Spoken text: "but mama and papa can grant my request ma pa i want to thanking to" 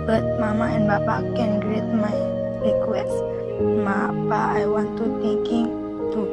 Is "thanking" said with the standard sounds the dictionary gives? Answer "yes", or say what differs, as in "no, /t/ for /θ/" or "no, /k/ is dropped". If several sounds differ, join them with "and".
no, /t/ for /θ/